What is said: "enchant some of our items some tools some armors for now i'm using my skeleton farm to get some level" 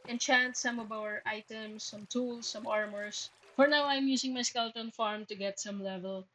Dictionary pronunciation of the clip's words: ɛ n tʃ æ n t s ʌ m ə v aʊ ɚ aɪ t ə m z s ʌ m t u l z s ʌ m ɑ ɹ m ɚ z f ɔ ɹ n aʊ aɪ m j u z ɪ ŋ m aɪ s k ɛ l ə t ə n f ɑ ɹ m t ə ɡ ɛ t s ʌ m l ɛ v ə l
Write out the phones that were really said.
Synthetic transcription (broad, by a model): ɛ n tʃ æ n t s ʌ m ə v aʊ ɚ aɪ t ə m s ʌ m t u l s ʌ m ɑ ɹ m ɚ s f ɔ ɹ n aʊ aɪ m j u s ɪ ŋ m aɪ s k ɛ l t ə n f ɑ ɹ m t ə ɡ ɛ t s ʌ m l ɛ v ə l